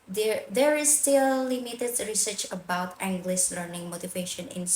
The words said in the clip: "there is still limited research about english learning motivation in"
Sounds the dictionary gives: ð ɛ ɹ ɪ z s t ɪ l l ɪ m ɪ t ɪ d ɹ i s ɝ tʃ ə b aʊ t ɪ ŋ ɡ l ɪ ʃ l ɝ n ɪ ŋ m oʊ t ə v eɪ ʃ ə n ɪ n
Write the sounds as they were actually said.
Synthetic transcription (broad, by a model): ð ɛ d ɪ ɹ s t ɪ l l ɪ m ɪ t ɪ d ɹ i s ɝ tʃ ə b aʊ t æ ŋ ɡ l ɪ s l ɝ n ɪ ŋ m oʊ t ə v eɪ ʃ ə n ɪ n